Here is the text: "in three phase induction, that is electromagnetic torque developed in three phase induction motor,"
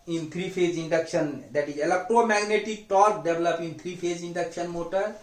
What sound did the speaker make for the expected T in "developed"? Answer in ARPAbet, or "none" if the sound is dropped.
none